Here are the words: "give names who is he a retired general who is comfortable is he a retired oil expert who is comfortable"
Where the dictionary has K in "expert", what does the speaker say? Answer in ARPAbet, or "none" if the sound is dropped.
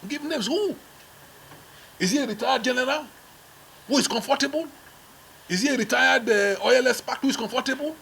none